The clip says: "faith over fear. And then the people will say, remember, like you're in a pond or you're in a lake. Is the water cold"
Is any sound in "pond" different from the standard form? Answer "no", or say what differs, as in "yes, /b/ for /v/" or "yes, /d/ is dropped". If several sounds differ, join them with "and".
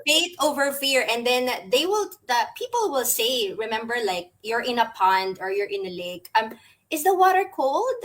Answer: no